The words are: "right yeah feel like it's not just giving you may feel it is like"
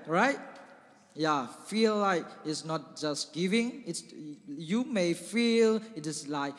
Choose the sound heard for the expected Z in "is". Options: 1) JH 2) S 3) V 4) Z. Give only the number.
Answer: 2